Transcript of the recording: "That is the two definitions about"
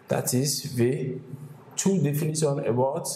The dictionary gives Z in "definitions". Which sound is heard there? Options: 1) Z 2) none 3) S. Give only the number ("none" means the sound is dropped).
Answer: 2